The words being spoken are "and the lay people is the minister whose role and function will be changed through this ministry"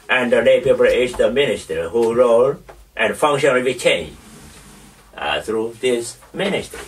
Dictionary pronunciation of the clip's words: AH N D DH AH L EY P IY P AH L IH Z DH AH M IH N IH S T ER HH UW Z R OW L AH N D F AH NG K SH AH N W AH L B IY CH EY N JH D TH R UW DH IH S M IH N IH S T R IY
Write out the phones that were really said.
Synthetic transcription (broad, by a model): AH N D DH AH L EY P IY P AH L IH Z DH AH M IH N IH S T ER HH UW R OW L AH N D F AH NG K SH AH N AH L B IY CH EY N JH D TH R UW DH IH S M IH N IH S T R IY